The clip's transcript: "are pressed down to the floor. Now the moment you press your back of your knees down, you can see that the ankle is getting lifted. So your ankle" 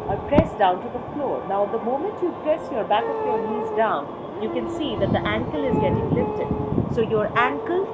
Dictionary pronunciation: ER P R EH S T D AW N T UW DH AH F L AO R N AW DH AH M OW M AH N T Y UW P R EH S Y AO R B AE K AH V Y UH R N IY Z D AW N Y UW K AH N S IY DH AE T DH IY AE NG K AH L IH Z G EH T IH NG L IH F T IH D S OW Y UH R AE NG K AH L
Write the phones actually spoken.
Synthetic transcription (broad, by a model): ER P R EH S D AW N T UW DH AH F L AO R N AW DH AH M OW M AH N T Y UW P R EH S Y AO R B AE K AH P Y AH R N IY Z D AW N Y UW K AH N S IY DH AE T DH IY AE NG K AH L IH Z G EH T IH NG L IH F T IH D S OW Y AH R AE NG K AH L